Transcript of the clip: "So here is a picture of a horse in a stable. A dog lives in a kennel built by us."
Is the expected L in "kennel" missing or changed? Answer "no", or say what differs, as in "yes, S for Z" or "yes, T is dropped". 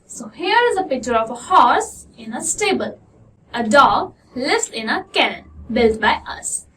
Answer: yes, N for L